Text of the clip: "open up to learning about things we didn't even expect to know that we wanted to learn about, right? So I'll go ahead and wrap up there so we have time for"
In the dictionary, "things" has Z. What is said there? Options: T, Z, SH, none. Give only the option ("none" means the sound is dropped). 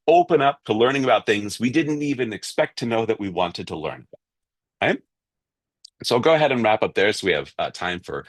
Z